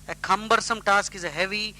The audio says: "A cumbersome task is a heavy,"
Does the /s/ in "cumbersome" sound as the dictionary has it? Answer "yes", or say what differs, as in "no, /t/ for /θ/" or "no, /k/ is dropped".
yes